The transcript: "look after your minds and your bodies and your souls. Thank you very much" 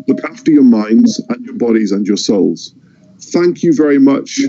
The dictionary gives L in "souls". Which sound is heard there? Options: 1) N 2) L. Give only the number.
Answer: 2